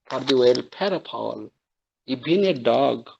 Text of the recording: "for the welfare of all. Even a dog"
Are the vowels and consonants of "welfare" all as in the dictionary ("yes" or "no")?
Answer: no